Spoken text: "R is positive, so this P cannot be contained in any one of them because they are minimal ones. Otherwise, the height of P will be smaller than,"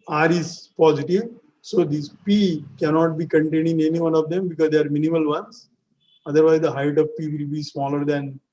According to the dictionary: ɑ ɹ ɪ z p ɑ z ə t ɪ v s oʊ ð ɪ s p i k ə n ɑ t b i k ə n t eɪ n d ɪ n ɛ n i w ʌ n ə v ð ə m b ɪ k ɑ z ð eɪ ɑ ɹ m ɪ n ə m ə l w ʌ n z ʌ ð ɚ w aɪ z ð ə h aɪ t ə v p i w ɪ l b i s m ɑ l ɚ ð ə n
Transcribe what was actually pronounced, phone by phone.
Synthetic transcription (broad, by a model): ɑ ɹ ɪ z p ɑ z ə t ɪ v s oʊ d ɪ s p i k ə n ɑ t b i k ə n t eɪ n ɪ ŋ ɛ n i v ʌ n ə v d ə m b ɪ k ɑ z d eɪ ɑ ɹ m ɪ n ə m ə l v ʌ n s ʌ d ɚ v aɪ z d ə h aɪ t ə v p i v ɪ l b i s m ɑ l ɚ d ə n